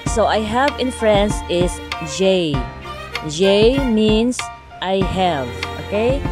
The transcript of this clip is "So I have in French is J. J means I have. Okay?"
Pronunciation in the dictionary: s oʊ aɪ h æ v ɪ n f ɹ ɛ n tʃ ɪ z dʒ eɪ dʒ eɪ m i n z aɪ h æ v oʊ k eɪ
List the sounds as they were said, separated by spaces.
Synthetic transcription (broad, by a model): s oʊ aɪ h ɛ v ɪ n f ɹ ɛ n s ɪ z dʒ eɪ dʒ eɪ m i n s aɪ h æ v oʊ k eɪ